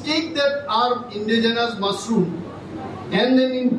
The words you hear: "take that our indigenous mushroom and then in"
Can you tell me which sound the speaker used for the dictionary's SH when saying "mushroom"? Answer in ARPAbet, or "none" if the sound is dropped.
S